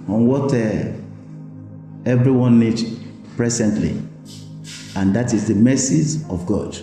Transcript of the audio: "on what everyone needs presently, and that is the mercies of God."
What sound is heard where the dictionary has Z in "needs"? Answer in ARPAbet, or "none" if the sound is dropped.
none